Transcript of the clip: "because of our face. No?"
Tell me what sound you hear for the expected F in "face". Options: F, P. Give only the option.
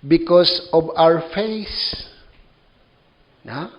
F